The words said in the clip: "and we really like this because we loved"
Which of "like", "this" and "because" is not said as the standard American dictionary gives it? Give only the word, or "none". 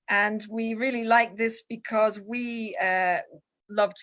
none